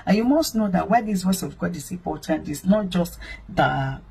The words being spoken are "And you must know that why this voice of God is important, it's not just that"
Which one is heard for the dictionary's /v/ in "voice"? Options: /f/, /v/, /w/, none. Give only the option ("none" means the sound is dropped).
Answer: /w/